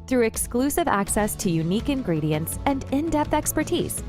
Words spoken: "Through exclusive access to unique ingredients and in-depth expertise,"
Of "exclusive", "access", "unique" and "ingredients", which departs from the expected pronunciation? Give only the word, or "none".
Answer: none